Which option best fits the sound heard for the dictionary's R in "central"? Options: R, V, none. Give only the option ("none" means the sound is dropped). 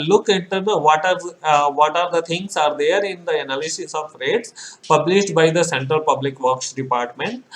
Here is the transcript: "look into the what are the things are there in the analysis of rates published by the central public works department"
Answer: none